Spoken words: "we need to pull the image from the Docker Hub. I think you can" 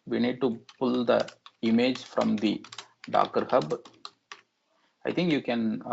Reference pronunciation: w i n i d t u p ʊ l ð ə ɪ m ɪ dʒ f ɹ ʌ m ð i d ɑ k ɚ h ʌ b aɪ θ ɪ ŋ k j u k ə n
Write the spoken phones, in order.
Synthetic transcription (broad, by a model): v i n i d t u p ʊ l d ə ɪ m ɪ dʒ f ɹ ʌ m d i d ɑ k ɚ h ʌ b aɪ t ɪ ŋ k j u k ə n